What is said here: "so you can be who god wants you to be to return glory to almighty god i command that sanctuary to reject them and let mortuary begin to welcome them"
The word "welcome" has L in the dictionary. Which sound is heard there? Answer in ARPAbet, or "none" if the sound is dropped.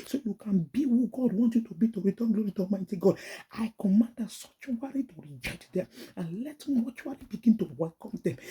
L